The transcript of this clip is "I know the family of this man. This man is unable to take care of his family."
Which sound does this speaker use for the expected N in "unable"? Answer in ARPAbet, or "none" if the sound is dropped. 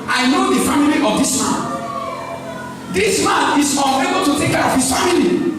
none